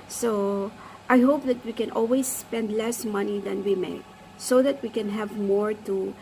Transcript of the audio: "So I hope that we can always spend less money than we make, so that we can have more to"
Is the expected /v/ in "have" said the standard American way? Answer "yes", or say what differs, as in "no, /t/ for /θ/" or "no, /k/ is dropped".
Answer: yes